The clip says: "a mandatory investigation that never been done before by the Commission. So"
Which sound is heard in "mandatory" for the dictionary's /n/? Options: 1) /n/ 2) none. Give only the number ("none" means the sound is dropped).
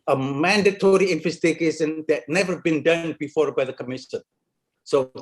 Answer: 1